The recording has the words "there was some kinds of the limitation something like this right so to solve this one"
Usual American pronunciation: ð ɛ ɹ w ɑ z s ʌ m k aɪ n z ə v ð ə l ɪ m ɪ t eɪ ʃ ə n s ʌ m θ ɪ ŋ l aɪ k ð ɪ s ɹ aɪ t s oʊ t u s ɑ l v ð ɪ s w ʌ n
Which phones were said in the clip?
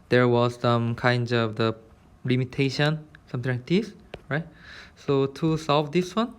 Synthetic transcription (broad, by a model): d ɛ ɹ w ɑ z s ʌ m k aɪ n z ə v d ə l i m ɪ t eɪ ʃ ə n s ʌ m t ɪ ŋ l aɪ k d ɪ s ɹ aɪ t s oʊ t u s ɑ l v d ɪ s w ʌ n